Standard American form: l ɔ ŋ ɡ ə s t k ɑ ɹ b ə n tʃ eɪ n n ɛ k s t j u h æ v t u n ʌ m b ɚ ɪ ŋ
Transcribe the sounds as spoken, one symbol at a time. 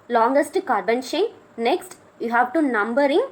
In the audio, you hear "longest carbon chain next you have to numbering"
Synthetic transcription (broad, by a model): l ɔ ŋ ɡ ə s t k ɑ ɹ b ə n ʃ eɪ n n ɛ k s t j u h æ v t u n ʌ m b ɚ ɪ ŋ